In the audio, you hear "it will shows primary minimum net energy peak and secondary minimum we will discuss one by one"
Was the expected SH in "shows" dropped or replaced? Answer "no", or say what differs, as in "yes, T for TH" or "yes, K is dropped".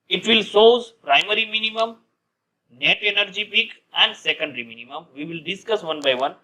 yes, S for SH